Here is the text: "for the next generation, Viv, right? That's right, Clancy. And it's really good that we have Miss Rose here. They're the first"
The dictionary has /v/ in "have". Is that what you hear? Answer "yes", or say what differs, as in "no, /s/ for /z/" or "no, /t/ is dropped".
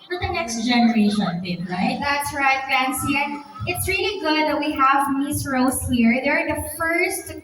yes